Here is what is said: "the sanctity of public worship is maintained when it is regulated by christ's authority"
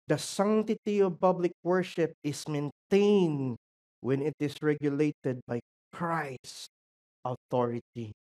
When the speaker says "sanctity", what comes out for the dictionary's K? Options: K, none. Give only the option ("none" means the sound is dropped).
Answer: none